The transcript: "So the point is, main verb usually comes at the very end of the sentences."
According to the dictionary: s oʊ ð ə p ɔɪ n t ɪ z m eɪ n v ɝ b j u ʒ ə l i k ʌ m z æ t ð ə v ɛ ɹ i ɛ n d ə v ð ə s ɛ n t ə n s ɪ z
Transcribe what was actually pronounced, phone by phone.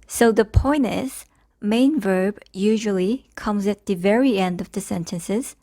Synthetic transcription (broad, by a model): s oʊ ð ə p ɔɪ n ɪ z m eɪ n v ɝ b j u ʒ ə l i k ʌ m z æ t ð ə v ɛ ɹ i ɛ n d ə v ð ə s ɛ n t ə n s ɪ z